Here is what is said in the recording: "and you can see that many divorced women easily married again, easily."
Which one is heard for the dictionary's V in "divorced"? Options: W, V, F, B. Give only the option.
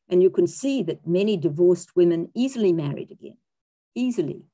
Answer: V